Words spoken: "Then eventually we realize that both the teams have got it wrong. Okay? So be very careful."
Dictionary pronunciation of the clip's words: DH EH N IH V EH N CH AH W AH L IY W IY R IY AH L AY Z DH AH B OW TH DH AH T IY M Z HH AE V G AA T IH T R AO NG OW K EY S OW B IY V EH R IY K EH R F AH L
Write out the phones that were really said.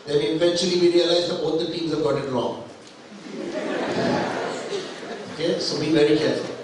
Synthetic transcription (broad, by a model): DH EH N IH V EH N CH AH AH L IY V IY R IY AH L AY Z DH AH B OW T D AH T IY M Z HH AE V G AA T IH T L AO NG OW K EY S OW B IY V EH R IY K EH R F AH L